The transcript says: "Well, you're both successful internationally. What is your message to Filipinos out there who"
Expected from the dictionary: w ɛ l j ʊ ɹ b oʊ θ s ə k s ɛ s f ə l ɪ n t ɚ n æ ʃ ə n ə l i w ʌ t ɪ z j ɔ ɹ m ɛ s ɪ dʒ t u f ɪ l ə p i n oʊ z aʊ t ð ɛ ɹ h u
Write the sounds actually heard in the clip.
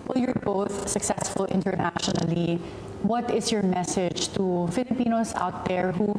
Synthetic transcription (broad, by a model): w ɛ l j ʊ ɹ b oʊ θ s ə k s ɛ s f ə l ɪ n t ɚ n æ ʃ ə n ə l i w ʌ t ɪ s j ɔ ɹ m ɛ s ɪ dʒ t u f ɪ l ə p i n oʊ s aʊ t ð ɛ ɹ h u